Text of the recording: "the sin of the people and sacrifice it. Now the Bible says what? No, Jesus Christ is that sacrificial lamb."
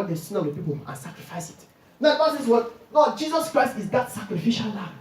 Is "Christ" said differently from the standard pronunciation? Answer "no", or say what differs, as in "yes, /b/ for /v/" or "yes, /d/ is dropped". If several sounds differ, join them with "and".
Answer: no